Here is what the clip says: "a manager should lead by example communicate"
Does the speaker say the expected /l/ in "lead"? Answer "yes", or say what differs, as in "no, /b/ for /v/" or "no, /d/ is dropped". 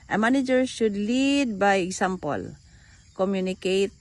yes